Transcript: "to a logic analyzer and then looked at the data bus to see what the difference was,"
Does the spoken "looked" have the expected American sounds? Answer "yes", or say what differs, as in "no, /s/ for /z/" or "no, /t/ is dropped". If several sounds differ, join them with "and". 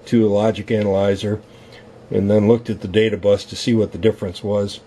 yes